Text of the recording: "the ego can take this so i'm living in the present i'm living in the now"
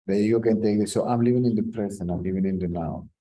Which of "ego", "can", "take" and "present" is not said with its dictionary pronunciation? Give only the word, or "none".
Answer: present